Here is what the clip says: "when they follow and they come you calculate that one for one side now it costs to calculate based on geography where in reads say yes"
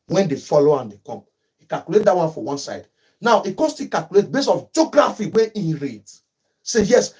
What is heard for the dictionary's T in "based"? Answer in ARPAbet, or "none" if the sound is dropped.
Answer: none